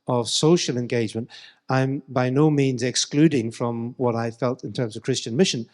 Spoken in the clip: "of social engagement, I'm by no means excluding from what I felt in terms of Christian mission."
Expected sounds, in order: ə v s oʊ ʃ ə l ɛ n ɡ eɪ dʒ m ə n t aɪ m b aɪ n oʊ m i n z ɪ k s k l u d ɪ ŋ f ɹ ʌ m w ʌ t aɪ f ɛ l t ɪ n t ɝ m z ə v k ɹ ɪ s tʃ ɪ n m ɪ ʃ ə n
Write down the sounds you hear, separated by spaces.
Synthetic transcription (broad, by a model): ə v s oʊ ʃ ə l ɛ n ɡ eɪ dʒ m ə n t aɪ m b aɪ n oʊ m i n z ɪ k s k l u d ɪ ŋ f ɹ ʌ m w ʌ t aɪ f ɛ l t ɪ n t ɝ m z ə v k ɹ ɪ s tʃ ɪ n m ɪ ʃ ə n